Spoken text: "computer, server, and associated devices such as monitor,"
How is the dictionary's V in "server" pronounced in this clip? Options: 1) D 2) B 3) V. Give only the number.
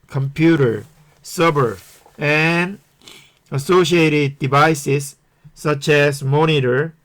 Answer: 2